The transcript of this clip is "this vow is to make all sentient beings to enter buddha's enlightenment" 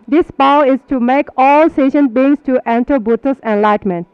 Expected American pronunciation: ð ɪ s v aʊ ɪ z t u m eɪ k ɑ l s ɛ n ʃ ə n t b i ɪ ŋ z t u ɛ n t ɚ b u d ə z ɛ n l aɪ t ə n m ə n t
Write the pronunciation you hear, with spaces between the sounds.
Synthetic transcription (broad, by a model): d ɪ s p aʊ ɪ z t u m eɪ k ɑ l s ɛ ʃ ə n b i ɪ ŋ s t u ɛ n t ɚ b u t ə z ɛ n l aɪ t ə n m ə n t